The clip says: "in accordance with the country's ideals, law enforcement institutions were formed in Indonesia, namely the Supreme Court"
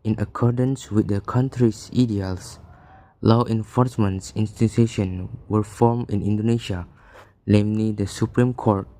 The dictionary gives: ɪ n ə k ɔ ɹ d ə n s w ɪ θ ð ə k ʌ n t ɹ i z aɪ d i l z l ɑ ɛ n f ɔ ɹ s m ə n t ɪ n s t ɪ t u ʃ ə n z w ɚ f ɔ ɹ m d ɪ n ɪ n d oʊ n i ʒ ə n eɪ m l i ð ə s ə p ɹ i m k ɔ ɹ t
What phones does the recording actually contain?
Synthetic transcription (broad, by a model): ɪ n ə k ɔ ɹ d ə n s w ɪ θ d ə k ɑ n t ɹ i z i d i l s l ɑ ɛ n f ɔ ɹ s m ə n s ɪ n s t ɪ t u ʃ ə n w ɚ f ɔ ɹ m ɪ n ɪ n d oʊ n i ʃ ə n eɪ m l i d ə s ə p ɹ i m k ɔ ɹ t